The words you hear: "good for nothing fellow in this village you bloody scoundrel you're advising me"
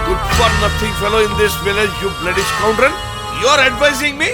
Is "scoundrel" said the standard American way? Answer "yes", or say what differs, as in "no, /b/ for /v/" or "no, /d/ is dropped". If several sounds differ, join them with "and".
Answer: no, /n/ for /l/